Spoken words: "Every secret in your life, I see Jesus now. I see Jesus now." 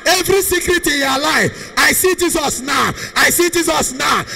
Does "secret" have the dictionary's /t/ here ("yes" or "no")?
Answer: yes